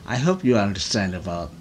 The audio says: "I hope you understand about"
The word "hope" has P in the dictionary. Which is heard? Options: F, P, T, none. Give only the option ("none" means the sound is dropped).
P